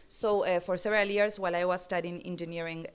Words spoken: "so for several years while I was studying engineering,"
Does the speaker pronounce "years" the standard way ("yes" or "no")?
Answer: no